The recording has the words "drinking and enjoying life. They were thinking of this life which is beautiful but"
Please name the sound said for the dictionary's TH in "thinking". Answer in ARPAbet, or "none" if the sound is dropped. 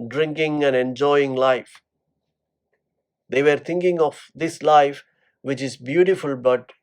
T